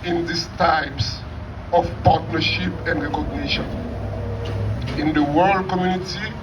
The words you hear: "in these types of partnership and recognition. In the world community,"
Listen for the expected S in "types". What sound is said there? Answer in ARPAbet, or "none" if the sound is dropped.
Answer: S